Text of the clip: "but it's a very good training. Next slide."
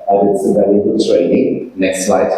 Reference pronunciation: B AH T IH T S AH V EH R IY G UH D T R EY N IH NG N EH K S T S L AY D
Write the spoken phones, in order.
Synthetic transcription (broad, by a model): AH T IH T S AH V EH L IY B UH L T R EY N IH NG N EH K S T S L AY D